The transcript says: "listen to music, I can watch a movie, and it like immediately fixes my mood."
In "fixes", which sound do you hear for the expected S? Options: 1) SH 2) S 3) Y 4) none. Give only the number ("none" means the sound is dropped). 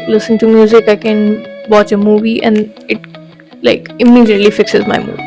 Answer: 2